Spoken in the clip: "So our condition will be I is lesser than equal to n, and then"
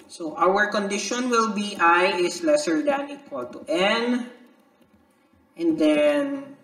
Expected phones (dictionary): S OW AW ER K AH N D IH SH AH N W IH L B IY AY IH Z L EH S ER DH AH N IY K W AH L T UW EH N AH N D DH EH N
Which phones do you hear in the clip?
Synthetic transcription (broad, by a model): S OW AW ER K AH N D IH SH AH N W IH L B IY AY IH S L EH S ER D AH N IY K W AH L T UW EH N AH N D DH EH N